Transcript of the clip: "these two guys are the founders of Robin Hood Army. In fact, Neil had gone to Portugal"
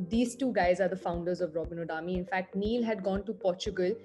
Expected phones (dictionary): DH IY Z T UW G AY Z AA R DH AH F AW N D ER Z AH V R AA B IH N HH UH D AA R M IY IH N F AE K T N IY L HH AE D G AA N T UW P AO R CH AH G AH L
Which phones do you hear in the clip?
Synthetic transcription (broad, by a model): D IY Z T UW G AY Z AA R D AH F AW N D ER Z AH V R AA B IH N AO D AA M IY IH N F AE K T N IY L HH AE D G AA N T UW P AO R CH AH G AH L